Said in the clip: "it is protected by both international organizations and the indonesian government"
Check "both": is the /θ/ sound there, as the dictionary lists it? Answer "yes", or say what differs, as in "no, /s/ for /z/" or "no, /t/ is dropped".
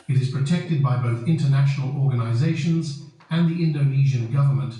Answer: yes